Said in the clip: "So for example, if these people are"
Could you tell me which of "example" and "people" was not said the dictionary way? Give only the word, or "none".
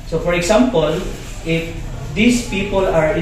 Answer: example